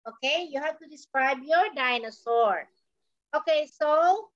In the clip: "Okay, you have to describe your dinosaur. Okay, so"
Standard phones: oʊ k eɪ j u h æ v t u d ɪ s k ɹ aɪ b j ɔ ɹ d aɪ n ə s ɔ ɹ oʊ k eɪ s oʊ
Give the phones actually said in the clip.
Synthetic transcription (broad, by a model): oʊ k eɪ j u h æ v t u d ɪ s k ɹ aɪ b j ɔ ɹ d aɪ n ə s ɔ ɹ oʊ k eɪ s oʊ